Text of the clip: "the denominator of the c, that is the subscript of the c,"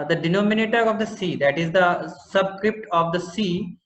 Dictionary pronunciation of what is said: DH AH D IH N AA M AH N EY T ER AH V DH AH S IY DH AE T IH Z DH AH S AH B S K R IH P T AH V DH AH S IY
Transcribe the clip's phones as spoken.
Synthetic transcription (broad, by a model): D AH D IH N AA M AH N EY T ER AH V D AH S IY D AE T IH Z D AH S AH B S K R IH P T AH V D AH S IY